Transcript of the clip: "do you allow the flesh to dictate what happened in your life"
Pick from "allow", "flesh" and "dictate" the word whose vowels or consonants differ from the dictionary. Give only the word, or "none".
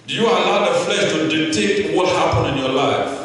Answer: dictate